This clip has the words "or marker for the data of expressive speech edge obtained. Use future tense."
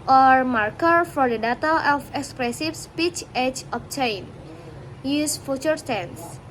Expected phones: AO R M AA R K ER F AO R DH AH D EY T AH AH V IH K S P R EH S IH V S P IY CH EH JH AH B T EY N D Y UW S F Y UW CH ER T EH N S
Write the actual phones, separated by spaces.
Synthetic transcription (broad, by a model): AO R M AA R K ER F AO R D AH D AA T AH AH F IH K S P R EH S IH F S P IY CH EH CH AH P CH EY N Y UW S F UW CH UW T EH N S